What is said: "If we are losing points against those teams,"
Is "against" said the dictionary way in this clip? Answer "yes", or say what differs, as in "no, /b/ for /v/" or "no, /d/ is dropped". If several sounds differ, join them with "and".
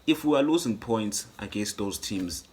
yes